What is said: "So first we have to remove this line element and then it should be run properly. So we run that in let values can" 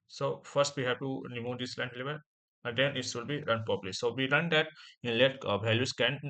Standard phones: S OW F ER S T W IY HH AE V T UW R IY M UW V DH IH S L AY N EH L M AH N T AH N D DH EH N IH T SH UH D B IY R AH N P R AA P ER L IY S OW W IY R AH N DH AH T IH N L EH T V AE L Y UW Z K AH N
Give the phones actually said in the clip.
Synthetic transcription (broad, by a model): S OW F ER S T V IY HH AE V T UW R IY M UW V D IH S L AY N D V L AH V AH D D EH N IH T S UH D B IY R AH N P AA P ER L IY S OW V IY R AH N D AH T IH N L EH T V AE L Y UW S K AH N